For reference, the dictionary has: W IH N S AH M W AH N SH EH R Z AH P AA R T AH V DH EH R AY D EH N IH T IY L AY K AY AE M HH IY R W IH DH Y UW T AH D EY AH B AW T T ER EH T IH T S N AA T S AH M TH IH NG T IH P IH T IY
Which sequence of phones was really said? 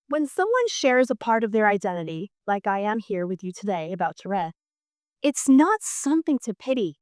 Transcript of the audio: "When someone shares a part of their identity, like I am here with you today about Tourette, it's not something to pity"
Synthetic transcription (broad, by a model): W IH N S AH M W AH N SH EH R Z AH P AA R T AH V DH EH R AY D EH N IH T IY L AY K AY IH M HH IY R W IH DH Y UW T AH D EY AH B AW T T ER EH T IH T S N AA T S AH M TH IH NG T IH P IH T IY